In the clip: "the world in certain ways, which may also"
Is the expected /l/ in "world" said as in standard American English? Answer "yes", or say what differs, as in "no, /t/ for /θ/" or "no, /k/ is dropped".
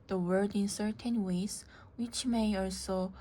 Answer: no, /l/ is dropped